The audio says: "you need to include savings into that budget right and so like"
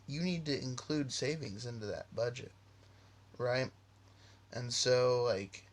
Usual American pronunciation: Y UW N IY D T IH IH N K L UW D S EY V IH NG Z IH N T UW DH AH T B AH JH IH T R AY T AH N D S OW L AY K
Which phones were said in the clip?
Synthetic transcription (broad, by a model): Y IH N IY D T IH IH N K L UW D S EY V IH NG Z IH N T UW DH AH T B AH JH IH T R AY T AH N S OW L AY K